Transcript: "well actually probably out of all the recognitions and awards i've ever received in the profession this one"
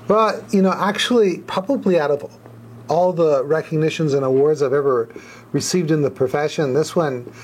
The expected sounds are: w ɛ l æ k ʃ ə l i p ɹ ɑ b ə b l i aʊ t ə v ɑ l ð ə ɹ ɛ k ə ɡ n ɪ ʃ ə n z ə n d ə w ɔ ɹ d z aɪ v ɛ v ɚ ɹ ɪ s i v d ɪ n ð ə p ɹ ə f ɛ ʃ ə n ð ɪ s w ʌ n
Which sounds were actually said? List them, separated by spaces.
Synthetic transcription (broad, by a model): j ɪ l æ k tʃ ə l i p ɹ ɑ b ə b l i aʊ t ə v ɑ l ð ə ɹ ɛ k ə ɡ n ɪ ʃ ə n z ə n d ə w ɔ ɹ d z aɪ v ɛ v ɚ ɹ ɪ s i v d ɪ n ð ə p ɹ ə f ɛ ʃ ə n ð ɪ s w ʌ n